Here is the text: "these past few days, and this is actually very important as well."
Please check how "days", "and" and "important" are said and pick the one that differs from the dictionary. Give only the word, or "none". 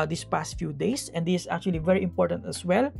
days